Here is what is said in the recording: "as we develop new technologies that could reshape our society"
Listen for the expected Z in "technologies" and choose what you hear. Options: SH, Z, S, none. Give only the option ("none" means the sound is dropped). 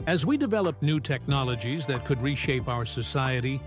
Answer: Z